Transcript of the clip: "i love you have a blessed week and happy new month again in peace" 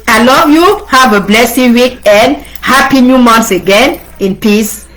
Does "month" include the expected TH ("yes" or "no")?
no